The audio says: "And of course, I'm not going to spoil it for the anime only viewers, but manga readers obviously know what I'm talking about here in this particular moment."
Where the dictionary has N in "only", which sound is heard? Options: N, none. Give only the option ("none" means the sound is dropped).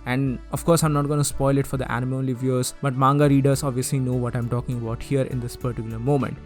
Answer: none